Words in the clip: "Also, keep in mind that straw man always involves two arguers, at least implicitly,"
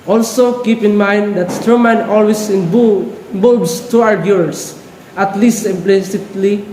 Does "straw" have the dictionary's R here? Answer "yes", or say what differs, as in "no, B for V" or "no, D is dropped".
no, R is dropped